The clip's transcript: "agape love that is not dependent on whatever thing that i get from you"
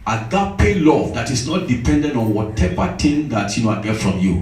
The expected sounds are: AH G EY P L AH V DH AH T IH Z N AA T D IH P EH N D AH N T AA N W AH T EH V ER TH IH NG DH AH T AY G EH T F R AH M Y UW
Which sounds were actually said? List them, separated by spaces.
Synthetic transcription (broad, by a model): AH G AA P L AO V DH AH T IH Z N AA T D IH P EH N D AH N T AA N W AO T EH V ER T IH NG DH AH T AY G EH T F R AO M Y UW